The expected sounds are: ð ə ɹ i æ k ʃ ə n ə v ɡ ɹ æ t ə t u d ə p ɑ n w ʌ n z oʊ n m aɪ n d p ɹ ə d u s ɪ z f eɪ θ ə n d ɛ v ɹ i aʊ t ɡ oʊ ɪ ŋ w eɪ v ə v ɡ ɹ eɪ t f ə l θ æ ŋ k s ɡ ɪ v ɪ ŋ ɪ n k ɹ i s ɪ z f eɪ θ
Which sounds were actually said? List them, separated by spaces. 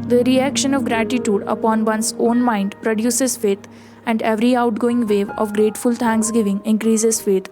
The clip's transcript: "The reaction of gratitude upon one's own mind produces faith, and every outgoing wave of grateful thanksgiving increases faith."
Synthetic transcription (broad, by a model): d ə ɹ i æ k ʃ ə n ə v ɡ ɹ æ t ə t u d ə p ɑ n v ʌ n s oʊ n m aɪ n d p ɹ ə d u s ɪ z f eɪ t ə n d ɛ v ɹ i aʊ t ɡ oʊ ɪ ŋ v eɪ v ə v ɡ ɹ eɪ t f ə l t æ ŋ k s ɡ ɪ v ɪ ŋ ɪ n k ɹ i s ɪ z f eɪ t